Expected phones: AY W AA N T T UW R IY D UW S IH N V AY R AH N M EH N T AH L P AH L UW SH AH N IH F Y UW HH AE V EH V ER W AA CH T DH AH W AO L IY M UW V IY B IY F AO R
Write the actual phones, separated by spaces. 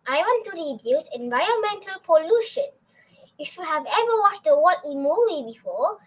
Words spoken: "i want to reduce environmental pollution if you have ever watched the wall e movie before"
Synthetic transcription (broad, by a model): AY W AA N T T UW R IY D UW S IH N V AY R AH N M EH N T AH L P AH L UW SH AH N IH F Y UW HH AE V EH V ER W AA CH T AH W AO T IY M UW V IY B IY F AO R